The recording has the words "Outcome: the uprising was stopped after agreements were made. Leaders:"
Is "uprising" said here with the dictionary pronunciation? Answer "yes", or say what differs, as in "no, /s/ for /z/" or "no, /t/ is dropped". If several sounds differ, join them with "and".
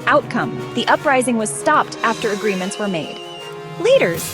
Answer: yes